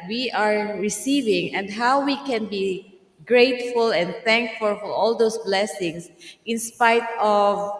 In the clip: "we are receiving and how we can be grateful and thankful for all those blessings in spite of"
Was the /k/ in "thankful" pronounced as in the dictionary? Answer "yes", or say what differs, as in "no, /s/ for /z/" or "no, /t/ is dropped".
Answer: yes